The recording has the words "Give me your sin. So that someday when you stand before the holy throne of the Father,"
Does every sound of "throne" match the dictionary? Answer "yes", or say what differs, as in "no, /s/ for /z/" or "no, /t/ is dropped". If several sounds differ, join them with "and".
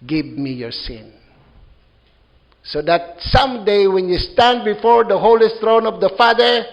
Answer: no, /s/ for /θ/